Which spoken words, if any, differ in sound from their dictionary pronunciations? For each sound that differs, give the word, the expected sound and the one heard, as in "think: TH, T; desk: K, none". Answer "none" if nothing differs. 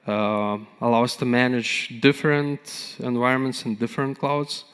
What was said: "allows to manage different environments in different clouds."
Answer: none